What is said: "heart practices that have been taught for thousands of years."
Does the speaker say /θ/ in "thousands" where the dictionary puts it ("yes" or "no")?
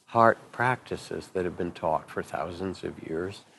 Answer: yes